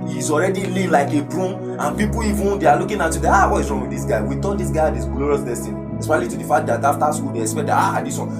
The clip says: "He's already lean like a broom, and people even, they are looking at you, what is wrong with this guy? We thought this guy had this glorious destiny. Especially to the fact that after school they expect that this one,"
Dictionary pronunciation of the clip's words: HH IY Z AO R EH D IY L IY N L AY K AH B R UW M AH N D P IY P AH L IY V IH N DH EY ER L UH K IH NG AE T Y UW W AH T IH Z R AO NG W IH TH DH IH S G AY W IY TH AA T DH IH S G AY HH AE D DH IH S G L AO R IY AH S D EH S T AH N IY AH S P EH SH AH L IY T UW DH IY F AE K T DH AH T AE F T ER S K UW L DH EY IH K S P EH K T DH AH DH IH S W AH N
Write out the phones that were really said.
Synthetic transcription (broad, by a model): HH IY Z AO R EH D IY L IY L AY K AH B R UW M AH N P IY P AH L IY V IH N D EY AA L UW K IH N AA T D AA W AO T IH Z R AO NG W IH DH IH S G AY W IY T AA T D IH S G AY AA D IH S G L AO R IY AH S D EH S T AH N IY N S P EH AH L IY T UW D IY F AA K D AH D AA F T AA S K UW L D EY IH K S P EH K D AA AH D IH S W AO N